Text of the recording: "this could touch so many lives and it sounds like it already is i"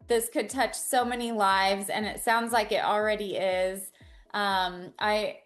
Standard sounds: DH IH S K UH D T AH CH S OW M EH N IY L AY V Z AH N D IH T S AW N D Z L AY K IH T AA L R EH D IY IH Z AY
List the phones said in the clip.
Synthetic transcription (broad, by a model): DH IH S K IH D T AH CH S OW M EH N IY L AY V Z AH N IH T S AW N D Z L AY K IH T L R EH D IY IH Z AY